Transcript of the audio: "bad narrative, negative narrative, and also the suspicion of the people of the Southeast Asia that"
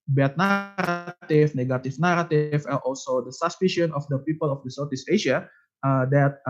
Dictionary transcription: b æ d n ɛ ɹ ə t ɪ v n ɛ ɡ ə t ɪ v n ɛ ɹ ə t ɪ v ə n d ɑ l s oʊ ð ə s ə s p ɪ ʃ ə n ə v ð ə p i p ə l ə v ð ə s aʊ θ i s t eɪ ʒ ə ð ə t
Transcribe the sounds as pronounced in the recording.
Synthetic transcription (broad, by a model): b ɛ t n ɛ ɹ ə t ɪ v n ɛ ɡ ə t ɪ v n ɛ ɹ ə t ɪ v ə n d ɑ l s oʊ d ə s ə s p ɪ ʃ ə n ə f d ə p i p ə l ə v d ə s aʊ t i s eɪ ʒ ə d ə t